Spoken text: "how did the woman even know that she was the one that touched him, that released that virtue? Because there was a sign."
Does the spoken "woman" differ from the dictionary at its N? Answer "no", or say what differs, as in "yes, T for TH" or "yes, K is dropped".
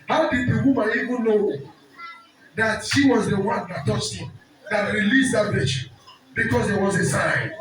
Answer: yes, N is dropped